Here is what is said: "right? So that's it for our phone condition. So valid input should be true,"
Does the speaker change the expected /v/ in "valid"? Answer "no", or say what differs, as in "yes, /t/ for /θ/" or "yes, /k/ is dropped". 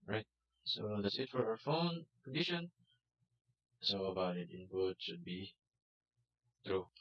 yes, /b/ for /v/